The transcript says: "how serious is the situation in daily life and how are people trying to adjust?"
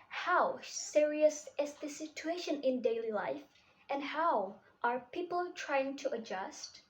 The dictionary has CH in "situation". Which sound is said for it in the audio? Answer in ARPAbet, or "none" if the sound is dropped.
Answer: CH